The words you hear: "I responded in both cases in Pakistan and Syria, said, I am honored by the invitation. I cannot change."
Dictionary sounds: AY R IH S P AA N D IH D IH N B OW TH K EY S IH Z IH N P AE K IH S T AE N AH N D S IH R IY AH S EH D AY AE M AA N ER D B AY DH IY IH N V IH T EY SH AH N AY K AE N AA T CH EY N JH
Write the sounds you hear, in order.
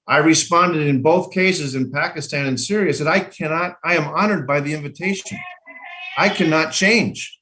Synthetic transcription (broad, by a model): AY R IH S P AA N D IH D IH N B OW TH K EY S IH Z IH N P AE K IH S T AE N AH N S IH R IY AH S EH D AY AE M AA N ER D B AY DH IY IH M V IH T EY SH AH N AY K AE N AA T CH EY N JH